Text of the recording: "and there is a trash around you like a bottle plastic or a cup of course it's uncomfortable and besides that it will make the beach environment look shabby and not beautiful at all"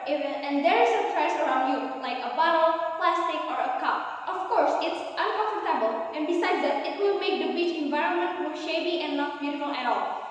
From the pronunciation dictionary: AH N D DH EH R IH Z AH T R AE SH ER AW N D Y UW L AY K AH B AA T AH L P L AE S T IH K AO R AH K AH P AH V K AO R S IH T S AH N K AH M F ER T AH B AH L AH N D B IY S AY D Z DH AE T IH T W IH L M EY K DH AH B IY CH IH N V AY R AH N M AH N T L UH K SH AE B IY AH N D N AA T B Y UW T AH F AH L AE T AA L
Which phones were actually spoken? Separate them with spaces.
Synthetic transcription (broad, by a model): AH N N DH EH R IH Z AH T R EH S ER AW N D Y UW L AY K AH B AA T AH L P L AE S T IH K AO R AH K AH P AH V K AO R S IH T S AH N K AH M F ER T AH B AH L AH N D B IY S AY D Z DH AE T IH T W IH L M EY K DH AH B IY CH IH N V AY R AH N M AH N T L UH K SH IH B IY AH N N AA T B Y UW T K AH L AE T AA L